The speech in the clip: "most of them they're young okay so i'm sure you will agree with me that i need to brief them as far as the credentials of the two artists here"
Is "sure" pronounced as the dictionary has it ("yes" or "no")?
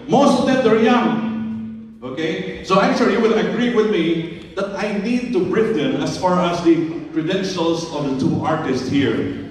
no